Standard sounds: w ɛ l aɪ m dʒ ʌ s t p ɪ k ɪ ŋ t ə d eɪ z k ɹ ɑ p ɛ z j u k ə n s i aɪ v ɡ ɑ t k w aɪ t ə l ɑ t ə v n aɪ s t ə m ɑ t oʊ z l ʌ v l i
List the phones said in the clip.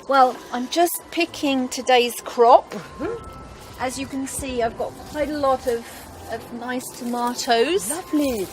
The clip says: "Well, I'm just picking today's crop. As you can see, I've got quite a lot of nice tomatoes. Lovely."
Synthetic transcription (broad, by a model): w ɛ l aɪ m dʒ ʌ s p ɪ k ɪ ŋ t ə d eɪ z k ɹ ɑ p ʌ z j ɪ k ə n s i aɪ v ɡ ɑ t k w aɪ t ə l ɑ t ə v n aɪ s t ə m ɑ t oʊ z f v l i